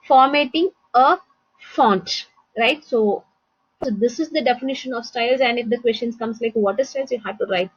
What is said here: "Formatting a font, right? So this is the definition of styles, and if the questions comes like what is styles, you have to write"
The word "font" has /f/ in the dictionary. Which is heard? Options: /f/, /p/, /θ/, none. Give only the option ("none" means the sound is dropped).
/f/